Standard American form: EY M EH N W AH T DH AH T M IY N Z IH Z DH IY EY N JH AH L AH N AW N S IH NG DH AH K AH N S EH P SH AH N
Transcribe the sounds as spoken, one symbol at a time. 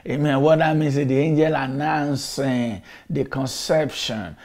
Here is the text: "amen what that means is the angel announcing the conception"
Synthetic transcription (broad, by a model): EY M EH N W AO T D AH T M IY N S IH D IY EY N JH AH L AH N AW N S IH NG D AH K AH N S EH P SH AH N